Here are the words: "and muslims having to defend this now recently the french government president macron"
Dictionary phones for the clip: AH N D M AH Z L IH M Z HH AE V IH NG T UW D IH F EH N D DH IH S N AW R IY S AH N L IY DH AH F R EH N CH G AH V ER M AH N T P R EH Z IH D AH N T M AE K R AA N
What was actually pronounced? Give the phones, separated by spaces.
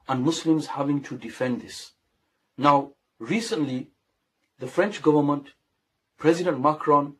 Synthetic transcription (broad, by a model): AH N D M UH S L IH M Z HH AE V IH NG T UW D IH F EH N D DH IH S N AW R IY S AH N L IY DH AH F R EH N CH G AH V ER M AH N T P R EH Z IH D AH N T M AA K R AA N